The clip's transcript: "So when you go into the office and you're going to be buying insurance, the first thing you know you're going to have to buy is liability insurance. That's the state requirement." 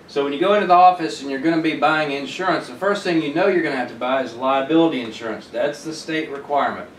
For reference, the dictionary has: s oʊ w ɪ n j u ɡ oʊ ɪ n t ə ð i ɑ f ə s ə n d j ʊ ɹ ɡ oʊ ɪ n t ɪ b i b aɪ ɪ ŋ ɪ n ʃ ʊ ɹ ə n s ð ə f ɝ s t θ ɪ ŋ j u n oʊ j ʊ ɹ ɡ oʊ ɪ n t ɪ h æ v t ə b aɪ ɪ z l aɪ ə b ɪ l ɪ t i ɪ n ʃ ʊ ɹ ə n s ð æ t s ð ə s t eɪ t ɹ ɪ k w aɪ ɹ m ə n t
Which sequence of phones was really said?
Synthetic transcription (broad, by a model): s oʊ w ɪ n j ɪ ɡ oʊ ɪ n t ə ð i ɑ f ə s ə n j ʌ ɹ ɡ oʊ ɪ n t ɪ b i b aɪ ɪ ŋ ɪ n ʃ ʊ ɹ ə n s ð ə f ɝ s t θ ɪ ŋ j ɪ n oʊ j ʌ ɹ ɡ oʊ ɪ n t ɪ h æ f t ə b aɪ ɪ z l aɪ ə b ɪ l ɪ t i ɪ n ʃ ʊ ɹ ə n s ð æ t s ð ə s t eɪ t ɹ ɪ k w aɪ ɹ m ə n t